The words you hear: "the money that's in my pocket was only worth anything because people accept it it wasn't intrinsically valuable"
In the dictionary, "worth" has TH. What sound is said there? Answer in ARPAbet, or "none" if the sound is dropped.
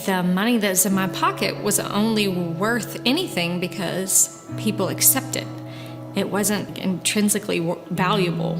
TH